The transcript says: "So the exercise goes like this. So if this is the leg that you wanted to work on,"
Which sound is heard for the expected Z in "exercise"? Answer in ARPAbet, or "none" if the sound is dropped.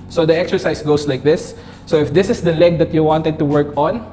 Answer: S